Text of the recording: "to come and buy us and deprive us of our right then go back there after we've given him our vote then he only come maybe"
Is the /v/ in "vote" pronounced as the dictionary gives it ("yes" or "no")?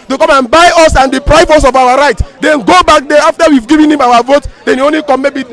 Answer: yes